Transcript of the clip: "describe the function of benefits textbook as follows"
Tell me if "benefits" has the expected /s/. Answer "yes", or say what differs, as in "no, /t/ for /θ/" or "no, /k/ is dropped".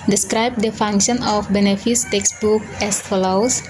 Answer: yes